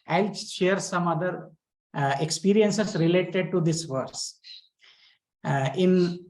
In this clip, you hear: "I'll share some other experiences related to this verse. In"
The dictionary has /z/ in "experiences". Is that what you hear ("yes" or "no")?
no